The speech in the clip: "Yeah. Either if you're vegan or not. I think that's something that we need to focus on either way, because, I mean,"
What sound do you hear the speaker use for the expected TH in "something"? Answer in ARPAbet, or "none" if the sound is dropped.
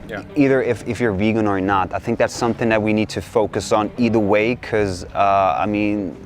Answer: TH